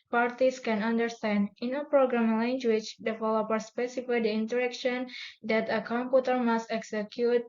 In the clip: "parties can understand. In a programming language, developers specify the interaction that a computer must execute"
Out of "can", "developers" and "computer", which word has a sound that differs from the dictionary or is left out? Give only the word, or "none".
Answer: developers